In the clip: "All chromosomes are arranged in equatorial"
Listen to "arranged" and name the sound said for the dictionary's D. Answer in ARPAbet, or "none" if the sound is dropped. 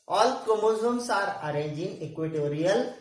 none